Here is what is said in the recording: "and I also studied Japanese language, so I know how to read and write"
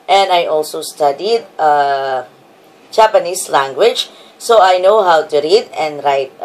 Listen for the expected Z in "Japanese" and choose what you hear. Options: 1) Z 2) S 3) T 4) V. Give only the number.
2